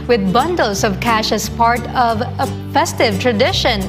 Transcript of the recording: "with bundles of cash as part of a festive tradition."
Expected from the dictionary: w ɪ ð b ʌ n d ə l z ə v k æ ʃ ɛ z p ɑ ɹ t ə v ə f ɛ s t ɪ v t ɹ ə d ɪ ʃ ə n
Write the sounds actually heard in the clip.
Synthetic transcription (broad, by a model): w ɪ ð b ʌ n d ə l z ə v k æ ʃ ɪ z p ɑ ɹ t ə v ə f ɛ s t ɪ v t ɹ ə d ɪ ʃ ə n